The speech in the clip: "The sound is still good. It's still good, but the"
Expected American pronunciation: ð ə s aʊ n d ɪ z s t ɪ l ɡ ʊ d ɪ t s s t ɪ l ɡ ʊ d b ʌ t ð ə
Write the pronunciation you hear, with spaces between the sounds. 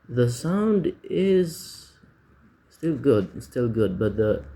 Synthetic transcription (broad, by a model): ð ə s aʊ n d ɪ z s t ɪ l ɡ ʊ d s s t ɪ l ɡ ʊ d b ʌ t ð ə